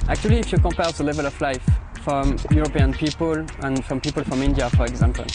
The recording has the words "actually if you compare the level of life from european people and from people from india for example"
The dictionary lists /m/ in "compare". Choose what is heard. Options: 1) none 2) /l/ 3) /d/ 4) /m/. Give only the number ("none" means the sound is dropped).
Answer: 4